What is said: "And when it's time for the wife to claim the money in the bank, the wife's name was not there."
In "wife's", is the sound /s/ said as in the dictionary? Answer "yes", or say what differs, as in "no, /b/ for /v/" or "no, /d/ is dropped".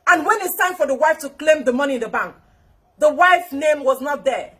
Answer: no, /s/ is dropped